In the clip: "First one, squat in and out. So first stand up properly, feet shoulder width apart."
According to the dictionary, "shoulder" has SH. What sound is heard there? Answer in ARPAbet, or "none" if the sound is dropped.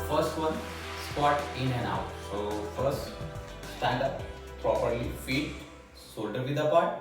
S